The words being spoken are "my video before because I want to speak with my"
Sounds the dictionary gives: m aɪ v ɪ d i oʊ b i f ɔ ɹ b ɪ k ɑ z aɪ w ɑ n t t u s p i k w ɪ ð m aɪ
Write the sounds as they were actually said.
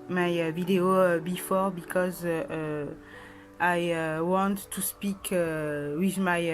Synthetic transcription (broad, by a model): m aɪ v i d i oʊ b i f ɔ ɹ b ɪ k ɑ z aɪ w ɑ n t t u s p i k w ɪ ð m aɪ